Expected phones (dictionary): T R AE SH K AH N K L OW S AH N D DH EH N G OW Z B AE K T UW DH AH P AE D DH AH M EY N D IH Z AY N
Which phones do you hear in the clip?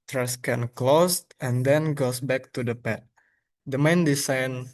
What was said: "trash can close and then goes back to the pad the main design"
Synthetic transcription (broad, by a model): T R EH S K AH N K L OW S AH N D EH N G OW S B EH K T UW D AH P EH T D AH M EY N D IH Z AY N